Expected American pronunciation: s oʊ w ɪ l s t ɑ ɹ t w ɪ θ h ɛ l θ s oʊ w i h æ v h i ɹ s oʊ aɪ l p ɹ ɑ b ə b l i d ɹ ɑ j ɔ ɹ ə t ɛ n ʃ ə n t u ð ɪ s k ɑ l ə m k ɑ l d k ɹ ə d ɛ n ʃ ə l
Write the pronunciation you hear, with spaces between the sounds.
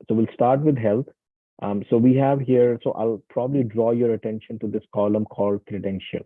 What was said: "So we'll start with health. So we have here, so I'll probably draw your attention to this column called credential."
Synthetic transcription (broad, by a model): s oʊ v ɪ l s t ɑ ɹ t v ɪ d h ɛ l t s oʊ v i h æ v h i ɹ s oʊ aɪ l p ɹ ɑ b ə b l i d ɹ ɑ j ɔ ɹ ə t ɛ n ʃ ə n t u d ɪ s k ɑ l ə m k ɑ l d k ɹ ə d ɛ n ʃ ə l